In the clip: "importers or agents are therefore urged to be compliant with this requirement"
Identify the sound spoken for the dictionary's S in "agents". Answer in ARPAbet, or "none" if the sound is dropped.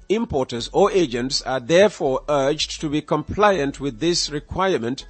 S